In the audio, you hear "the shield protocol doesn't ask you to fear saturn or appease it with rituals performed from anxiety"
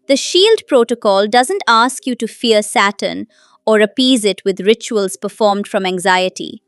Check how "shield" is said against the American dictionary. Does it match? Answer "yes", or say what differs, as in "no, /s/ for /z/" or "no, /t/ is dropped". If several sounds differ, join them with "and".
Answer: yes